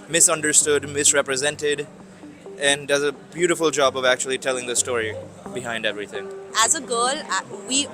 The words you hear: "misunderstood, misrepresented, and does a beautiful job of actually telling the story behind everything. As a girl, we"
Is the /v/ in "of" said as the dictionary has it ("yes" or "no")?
yes